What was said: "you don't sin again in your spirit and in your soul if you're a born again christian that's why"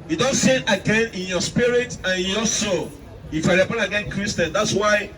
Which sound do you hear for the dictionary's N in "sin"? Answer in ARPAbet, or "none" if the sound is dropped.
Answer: none